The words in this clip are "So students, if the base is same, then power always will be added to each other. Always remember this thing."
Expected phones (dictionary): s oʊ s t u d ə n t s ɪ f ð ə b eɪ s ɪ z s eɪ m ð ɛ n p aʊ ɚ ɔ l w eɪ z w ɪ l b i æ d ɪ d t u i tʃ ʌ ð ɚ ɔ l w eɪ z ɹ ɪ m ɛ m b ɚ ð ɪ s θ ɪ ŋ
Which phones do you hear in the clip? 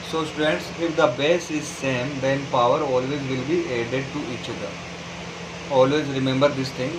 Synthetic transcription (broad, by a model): s oʊ s t u d ə n t s ɪ f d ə b eɪ s ɪ z s eɪ m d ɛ n p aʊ ɚ ɔ l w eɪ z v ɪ l b i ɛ d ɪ d t u i tʃ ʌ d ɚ ɔ l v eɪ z ɹ ɪ m ɛ m b ɚ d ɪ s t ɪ ŋ